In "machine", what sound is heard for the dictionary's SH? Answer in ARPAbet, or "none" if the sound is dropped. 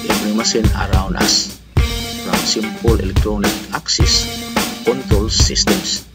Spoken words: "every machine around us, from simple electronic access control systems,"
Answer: S